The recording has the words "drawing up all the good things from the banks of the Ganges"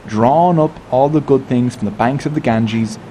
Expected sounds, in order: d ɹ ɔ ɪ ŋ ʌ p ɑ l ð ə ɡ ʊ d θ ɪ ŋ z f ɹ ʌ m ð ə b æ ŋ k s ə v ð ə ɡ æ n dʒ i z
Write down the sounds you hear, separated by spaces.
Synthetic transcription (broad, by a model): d ɹ ɔ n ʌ p ɑ l ð ə ɡ ʊ d θ ɪ ŋ z f ɹ ʌ m ð ə b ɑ ŋ k s ə v ð ə ɡ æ n dʒ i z